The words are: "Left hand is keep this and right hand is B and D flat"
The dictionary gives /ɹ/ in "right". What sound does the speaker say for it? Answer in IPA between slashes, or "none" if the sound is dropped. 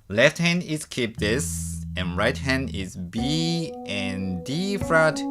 /ɹ/